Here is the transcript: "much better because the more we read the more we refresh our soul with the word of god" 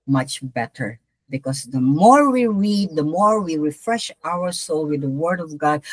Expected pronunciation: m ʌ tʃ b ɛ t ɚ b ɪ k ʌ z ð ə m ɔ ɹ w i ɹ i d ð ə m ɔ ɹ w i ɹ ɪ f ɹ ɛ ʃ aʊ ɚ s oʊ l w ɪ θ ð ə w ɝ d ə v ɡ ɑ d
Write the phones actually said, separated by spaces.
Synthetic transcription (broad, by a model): m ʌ tʃ b ɛ t ɚ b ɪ k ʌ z ð ə m ɔ ɹ w i ɹ i d ð ə m ɔ ɹ w i ɹ ɪ f ɹ ɛ ʃ aʊ ɚ s oʊ l w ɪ ð ə w ɝ d ə v ɡ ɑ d